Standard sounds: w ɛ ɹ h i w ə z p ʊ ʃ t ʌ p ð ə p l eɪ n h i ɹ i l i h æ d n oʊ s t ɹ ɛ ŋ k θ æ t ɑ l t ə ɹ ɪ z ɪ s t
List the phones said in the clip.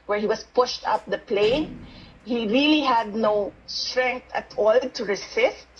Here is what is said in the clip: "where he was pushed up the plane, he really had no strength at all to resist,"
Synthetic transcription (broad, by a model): w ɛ ɹ h i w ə s p ʊ ʃ t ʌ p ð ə p l eɪ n h i ɹ i l i h æ d n oʊ s t ɹ ɛ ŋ k t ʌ t ɑ l t ə ɹ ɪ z ɪ s t